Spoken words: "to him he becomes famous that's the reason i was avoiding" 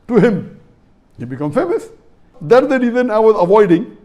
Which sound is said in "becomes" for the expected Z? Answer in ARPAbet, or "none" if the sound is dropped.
none